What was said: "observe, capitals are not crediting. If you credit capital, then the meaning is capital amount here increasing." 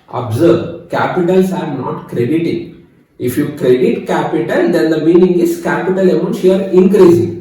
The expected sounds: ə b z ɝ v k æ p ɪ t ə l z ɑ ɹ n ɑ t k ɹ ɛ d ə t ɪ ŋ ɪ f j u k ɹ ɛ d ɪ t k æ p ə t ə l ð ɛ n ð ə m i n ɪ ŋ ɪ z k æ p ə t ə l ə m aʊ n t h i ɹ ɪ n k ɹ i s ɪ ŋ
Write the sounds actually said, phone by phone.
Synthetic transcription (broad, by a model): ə b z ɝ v k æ p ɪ t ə l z ɑ ɹ n ɑ t k ɹ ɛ d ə t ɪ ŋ ɪ f j u k ɹ ɛ d ɪ t k æ p ə t ə l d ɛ n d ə m i n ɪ ŋ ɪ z k æ p ə t ə l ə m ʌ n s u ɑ ɹ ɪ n k ɹ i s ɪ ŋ